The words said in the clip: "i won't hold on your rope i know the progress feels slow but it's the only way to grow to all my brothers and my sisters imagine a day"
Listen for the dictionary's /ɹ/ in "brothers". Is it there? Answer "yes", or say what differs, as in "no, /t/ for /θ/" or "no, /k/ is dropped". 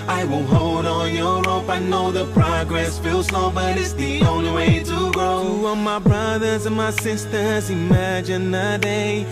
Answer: yes